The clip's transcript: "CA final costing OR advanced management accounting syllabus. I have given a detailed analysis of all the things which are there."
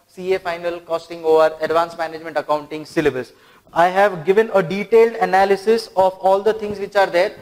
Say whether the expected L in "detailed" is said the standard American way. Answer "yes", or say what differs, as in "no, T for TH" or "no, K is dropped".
yes